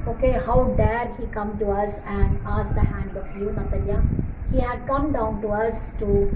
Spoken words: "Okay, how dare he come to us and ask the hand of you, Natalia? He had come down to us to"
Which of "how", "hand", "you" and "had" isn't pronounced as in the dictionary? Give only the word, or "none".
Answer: none